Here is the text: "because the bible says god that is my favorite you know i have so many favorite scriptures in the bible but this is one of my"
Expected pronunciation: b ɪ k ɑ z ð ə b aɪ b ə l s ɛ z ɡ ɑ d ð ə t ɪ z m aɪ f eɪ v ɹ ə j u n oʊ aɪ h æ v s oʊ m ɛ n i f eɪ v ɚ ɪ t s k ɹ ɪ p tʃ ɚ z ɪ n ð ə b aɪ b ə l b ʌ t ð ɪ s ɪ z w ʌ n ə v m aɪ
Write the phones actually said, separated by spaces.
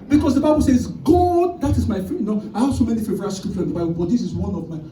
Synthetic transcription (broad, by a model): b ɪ k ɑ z ð ə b aɪ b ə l s ɛ z ɡ ɑ d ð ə t ɪ z m aɪ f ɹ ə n n oʊ aɪ h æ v s oʊ m ɛ n i f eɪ v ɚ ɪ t s k ɹ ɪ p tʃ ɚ ɪ n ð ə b aɪ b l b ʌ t ð ɪ s ɪ z w ʌ n ə v m aɪ